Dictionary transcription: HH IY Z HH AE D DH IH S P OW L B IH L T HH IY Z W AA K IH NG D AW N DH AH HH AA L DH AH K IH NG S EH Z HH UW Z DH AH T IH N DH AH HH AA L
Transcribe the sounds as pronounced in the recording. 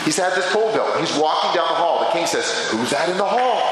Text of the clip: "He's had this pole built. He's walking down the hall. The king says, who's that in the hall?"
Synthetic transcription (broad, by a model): HH IY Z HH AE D DH IH S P OW L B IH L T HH IY Z W AA K IH NG D AW N DH AH HH AA L DH AH K IH NG S EH Z HH UW Z DH AH T IH N DH AH HH AA L